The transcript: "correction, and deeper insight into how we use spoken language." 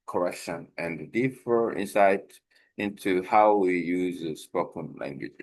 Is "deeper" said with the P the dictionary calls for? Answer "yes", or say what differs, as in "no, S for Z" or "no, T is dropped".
no, F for P